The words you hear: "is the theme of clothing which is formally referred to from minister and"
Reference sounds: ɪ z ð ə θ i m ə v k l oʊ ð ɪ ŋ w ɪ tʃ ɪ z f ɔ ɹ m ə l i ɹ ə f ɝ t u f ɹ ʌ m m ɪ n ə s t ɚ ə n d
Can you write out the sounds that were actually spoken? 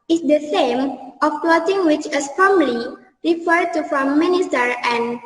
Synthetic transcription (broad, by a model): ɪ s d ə s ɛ m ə f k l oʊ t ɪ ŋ w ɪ tʃ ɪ s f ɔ m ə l i ɹ ə f ɝ t u f ɹ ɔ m m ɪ n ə s t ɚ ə n